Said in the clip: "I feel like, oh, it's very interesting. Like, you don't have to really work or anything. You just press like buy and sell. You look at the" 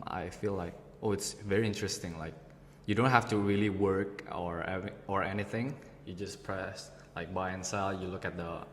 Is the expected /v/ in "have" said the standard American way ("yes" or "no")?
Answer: no